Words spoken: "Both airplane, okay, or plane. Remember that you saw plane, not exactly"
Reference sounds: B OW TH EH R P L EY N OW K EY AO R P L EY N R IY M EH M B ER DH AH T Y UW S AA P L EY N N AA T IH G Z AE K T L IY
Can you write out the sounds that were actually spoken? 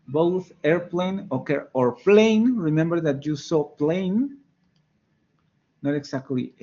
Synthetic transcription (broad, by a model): B OW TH EH R P L EY N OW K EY AO R P L EY N R IY M EH M B ER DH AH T Y UW S AA P L EY N N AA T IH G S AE K T L IY